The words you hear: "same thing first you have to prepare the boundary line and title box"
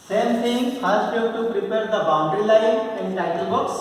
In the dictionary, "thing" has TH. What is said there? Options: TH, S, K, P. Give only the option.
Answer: S